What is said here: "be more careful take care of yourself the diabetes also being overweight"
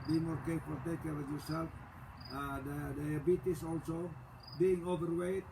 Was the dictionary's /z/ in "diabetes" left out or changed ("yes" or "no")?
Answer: yes